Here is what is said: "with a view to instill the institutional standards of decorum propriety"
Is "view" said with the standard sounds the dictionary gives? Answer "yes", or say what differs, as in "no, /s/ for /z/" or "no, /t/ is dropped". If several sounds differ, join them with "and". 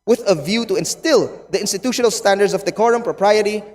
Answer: yes